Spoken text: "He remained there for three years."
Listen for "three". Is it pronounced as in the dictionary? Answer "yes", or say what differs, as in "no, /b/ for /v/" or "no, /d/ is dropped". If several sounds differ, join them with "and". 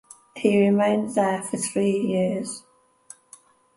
yes